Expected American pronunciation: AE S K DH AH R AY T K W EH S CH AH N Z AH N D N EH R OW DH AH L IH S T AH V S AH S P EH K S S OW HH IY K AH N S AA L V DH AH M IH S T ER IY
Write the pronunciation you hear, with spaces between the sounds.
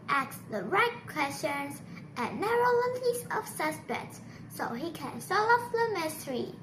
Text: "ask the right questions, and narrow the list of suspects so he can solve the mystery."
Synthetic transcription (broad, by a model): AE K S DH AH R AY T K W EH S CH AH N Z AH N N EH R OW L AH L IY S AH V S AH S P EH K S S OW HH IY K AH N S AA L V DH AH M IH S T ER IY